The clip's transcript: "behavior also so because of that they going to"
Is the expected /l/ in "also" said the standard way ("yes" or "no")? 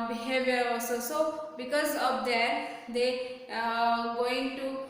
no